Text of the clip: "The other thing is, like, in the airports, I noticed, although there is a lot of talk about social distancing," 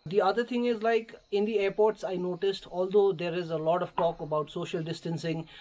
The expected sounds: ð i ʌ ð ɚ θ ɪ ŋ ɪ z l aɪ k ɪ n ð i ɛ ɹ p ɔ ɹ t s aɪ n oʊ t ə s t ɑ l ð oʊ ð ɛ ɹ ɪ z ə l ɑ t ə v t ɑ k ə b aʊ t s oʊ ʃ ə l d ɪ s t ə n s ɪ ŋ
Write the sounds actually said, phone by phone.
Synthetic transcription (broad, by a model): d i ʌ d ɚ t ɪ ŋ ɪ z l aɪ k ɪ n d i ɛ ɹ p ɔ ɹ t s aɪ n oʊ t ə s t ɑ l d oʊ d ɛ ɹ ɪ z ə l ɑ t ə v t ɑ k ə b aʊ t s oʊ ʃ ə l d ɪ s t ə n s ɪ ŋ